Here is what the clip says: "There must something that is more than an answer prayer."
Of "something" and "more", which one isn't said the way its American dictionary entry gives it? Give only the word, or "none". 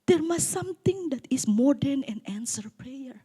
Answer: something